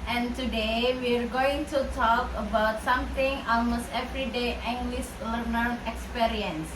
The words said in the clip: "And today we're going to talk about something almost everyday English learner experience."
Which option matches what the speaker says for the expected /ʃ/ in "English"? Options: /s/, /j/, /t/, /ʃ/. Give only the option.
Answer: /s/